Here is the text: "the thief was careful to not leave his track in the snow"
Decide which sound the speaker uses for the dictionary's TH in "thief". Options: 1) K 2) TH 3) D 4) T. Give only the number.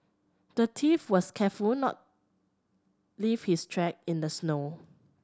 4